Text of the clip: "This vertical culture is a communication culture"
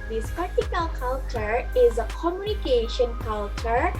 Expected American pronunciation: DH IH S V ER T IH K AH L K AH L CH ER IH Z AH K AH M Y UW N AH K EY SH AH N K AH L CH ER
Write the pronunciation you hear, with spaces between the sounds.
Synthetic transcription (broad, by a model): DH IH S P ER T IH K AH L K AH L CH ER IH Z AH K AH M Y UW N AH K EY SH AH N K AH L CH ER